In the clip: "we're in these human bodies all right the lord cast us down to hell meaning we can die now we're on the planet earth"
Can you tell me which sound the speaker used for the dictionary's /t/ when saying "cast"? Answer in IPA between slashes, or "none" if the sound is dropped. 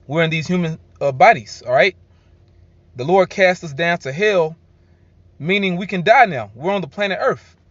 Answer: /t/